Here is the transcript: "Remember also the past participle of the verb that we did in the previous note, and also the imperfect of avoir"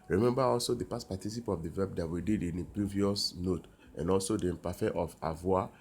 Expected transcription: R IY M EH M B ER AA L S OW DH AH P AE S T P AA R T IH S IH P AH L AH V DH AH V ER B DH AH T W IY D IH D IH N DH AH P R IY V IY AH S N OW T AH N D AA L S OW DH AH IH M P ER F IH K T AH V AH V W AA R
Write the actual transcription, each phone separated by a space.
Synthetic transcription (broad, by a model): R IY M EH M B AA AA L S OW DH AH P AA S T P AA T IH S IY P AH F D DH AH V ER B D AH T W IY D IH D IH N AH P R IY V IY AH S N OW T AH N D AA L S OW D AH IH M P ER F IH T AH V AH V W AA